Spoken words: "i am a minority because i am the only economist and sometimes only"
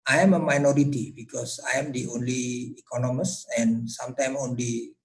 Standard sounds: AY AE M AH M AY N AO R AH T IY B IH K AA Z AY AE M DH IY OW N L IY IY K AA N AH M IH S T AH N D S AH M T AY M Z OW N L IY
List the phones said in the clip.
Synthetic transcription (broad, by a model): AY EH M AH M AY N AO R AH T IY B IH K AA S AY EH M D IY OW N L IY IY K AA N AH M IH S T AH N S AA M T AY M OW N L IY